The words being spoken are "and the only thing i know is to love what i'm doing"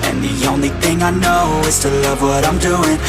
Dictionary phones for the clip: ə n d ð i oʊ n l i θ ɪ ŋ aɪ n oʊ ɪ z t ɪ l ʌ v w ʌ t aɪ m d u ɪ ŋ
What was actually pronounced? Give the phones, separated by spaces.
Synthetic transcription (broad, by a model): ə n ð i oʊ n l i θ ɪ ŋ aɪ n oʊ ɪ z t ɪ l ʌ v w ʌ t aɪ m d u ɪ ŋ